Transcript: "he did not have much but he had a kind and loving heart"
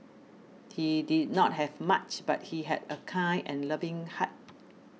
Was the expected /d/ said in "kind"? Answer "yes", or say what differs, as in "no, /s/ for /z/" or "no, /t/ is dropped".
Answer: no, /d/ is dropped